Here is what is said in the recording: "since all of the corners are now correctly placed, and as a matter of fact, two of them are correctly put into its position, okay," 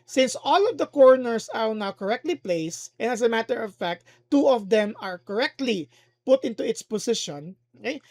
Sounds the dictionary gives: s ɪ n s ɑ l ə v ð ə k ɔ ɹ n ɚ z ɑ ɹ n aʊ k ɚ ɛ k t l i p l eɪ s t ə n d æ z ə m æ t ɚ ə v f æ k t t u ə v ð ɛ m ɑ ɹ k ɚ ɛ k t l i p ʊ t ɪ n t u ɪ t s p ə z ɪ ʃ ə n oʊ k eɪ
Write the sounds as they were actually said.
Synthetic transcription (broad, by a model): s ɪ n s ɑ l ə v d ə k ɔ ɹ n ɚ s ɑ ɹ n aʊ k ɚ ɛ k t l i p l eɪ s t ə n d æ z ə m æ t ɚ ə v f æ k t t u ə v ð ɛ m ɑ ɹ k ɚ ɛ k t l i p ʊ t ɪ n t u ɪ t s p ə s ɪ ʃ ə n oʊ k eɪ